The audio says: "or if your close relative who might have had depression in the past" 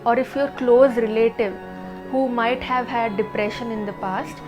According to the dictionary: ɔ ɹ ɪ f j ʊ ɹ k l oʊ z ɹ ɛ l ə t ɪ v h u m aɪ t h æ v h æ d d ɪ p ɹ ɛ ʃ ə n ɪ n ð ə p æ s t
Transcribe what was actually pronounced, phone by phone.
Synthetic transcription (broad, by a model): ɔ ɹ ɪ f j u ɹ k l oʊ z ɹ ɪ l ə t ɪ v h u m aɪ t h æ v h æ d d ɪ p ɹ ɛ ʃ ə n ɪ n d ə p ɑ s t